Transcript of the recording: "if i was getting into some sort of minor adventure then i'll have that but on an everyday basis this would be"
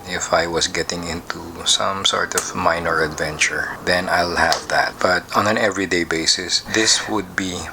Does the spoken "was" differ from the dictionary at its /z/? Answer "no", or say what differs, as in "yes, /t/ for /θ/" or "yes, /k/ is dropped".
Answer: yes, /s/ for /z/